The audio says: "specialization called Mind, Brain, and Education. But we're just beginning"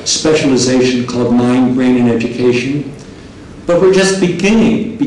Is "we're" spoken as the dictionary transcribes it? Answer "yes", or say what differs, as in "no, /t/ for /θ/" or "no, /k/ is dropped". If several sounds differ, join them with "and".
yes